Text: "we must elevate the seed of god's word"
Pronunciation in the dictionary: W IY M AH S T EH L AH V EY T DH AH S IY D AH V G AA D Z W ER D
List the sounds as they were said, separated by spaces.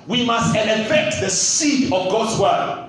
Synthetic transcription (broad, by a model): W IY M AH S T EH N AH F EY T DH AH S IY D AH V G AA D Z W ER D